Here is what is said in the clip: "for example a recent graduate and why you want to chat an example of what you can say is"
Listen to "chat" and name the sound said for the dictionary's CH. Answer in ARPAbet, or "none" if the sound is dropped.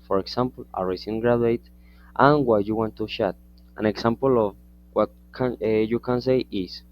SH